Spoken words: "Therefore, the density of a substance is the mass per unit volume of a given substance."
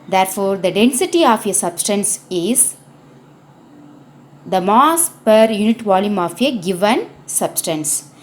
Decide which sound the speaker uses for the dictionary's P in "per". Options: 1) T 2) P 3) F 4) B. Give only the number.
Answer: 2